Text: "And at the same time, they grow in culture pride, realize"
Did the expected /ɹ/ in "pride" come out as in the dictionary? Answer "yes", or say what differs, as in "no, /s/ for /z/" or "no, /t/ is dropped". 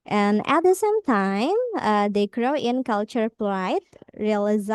no, /l/ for /ɹ/